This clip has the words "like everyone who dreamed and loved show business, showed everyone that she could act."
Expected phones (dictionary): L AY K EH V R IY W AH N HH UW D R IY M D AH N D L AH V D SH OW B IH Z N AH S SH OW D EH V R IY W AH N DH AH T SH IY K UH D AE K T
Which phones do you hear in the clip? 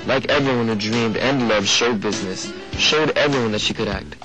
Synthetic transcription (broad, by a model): L AY K EH V R IY W AH N HH UW D R IY M D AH N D L AH V D SH OW B IH Z N AH S SH OW D EH V R IY W AH N DH AH T SH IY K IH D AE K T